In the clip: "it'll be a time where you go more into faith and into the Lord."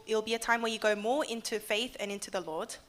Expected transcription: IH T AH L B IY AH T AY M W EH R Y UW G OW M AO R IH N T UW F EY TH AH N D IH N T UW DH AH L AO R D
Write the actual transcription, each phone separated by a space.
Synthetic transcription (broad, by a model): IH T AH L B IY AH T AY M W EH Y UW G OW M AO IH N T UW F EY TH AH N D IH N T UW DH AH L AO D